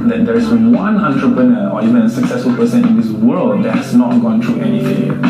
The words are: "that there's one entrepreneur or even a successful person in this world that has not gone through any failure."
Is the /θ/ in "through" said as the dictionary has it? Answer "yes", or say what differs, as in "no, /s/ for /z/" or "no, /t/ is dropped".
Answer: no, /t/ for /θ/